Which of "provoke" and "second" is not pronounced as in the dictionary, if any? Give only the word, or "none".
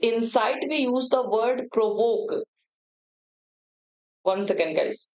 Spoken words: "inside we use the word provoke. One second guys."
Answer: none